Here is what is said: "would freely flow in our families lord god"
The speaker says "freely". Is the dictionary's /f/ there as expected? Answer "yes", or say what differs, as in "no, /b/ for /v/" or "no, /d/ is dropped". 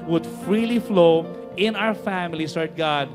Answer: yes